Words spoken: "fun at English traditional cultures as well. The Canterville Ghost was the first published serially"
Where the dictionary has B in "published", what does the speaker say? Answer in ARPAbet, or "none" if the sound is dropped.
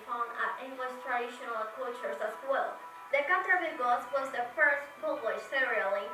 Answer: none